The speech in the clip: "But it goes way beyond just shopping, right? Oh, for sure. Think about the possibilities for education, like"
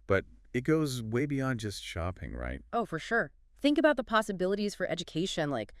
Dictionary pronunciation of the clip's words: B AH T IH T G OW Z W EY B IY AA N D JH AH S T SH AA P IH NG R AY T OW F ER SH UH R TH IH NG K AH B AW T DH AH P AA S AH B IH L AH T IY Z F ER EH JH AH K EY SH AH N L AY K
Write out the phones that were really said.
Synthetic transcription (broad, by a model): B AH T IH T G OW Z W EY B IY AA N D JH AH S T SH AA P IH NG R AY T OW F ER SH UH R TH IH NG K AH B AW T DH AH P AA S AH B IH L AH T IY Z F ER EH JH AH K EY SH AH N L AY K